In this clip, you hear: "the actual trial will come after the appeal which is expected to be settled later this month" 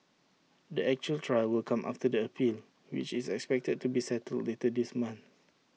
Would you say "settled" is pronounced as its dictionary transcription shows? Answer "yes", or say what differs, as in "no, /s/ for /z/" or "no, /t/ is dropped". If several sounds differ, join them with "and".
yes